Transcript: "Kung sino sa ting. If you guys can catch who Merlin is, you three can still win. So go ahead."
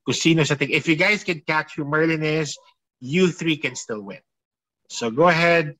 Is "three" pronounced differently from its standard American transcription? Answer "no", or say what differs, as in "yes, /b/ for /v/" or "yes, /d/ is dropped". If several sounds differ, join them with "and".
no